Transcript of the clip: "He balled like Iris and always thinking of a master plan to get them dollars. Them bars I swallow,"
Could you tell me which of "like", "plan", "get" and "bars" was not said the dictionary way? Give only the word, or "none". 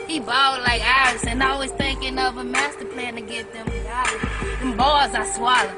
none